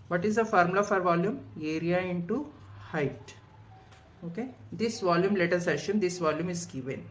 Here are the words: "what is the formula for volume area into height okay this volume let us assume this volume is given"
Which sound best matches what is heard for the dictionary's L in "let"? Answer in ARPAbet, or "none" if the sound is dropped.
L